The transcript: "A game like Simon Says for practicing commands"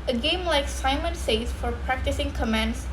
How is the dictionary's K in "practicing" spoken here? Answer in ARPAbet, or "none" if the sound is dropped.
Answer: K